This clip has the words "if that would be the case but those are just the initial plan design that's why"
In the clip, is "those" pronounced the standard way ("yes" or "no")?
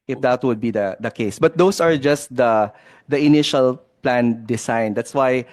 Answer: no